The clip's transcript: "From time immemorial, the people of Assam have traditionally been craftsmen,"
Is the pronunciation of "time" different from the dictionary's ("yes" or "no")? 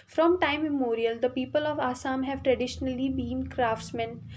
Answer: yes